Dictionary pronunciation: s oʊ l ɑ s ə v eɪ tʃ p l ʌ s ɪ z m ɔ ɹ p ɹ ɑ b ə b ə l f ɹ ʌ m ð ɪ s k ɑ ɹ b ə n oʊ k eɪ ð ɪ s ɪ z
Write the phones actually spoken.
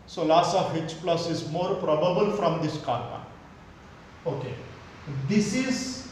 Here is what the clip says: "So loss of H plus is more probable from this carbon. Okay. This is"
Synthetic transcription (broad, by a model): s oʊ l ɑ s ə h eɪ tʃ p l ʌ s ɪ z m ɔ ɹ p ɹ ɑ b ə b ə l f ɹ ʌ m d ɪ s k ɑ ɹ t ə oʊ k eɪ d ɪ s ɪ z